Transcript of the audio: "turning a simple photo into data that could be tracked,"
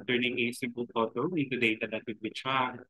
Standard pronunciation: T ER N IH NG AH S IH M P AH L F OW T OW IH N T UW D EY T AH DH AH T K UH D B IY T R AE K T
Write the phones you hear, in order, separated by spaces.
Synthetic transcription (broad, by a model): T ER N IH NG AH S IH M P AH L P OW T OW IH N T UW D EY T AH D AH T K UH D B IY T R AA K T